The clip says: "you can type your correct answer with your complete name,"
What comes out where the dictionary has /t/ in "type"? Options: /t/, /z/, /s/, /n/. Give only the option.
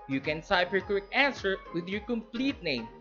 /s/